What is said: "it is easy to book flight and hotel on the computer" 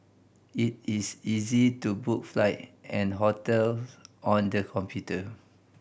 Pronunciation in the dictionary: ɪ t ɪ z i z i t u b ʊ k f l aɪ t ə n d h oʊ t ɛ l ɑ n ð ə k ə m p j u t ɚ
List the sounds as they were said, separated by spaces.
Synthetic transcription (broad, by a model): ɪ t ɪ s i z i t u b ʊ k f l aɪ t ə n h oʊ t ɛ l ɑ n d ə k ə m p j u t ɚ